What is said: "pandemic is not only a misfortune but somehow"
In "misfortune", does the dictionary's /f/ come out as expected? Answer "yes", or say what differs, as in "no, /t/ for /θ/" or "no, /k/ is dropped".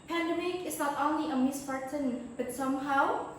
no, /p/ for /f/